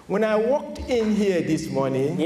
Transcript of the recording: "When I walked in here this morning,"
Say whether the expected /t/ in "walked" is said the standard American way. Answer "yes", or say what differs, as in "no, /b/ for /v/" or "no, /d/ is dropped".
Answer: yes